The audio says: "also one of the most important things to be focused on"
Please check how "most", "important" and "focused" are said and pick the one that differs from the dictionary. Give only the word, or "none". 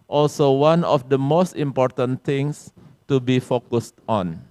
none